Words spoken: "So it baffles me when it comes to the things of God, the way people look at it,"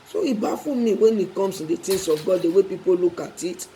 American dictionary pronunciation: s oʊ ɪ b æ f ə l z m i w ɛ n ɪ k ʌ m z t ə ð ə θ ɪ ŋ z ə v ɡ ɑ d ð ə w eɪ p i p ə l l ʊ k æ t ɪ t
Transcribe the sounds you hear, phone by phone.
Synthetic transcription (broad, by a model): s oʊ ɪ b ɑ f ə m i w ɛ n ɪ k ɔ m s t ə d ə t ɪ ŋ s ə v ɡ ɑ d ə w eɪ p i p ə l l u k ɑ t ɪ t